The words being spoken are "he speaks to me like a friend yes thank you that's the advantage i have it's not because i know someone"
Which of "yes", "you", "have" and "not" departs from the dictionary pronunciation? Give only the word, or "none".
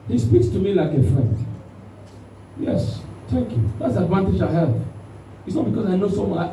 have